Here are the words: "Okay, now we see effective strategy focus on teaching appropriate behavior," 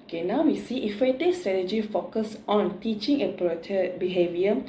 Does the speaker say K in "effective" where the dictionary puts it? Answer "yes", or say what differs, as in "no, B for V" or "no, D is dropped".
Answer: no, K is dropped